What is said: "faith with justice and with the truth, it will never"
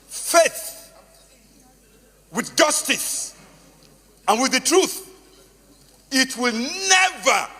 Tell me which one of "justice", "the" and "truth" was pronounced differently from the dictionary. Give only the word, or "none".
none